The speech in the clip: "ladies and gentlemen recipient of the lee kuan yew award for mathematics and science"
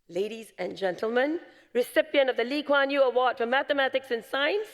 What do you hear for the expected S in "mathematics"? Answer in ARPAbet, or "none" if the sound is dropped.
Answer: S